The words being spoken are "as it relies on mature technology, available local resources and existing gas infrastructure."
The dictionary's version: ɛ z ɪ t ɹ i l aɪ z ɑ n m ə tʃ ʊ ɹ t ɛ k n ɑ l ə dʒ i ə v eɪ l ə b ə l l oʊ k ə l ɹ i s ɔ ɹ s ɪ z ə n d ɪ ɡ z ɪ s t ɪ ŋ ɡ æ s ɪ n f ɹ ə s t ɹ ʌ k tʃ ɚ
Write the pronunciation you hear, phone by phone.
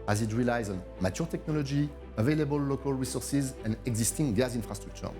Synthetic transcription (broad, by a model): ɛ z ɪ t ɹ i l aɪ z ɑ n m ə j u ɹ t ɛ k n ɑ l ə dʒ i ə v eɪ l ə b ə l l oʊ k ə l ɹ i s ɔ ɹ s ɪ z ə n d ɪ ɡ z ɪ s t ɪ ŋ ɡ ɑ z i n f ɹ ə s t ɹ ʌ k tʃ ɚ